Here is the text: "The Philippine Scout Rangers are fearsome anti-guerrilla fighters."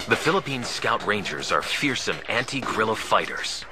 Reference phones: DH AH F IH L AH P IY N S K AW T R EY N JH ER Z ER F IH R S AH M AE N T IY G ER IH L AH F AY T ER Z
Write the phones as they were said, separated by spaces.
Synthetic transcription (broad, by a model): DH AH F IH L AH P IY N S K AW T R EY N JH ER Z ER F IH R S AH M AE N T IY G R IH L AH F AY T ER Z